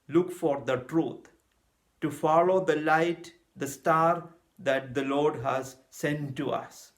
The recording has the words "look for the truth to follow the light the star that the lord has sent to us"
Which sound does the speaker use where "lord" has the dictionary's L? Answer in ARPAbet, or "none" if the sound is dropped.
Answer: L